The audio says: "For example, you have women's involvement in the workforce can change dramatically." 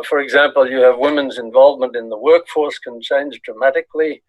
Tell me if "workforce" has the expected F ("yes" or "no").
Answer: yes